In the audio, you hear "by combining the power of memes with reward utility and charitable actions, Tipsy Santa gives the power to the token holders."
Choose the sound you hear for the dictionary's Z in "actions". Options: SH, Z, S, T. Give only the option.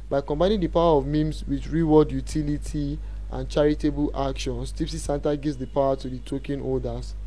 S